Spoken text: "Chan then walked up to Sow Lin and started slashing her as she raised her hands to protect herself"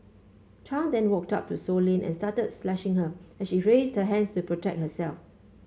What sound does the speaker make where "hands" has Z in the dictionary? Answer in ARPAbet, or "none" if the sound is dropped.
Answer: S